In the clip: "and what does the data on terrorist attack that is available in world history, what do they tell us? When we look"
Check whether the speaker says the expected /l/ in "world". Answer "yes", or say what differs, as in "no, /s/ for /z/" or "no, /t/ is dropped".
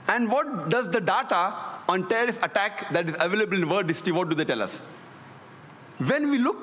no, /l/ is dropped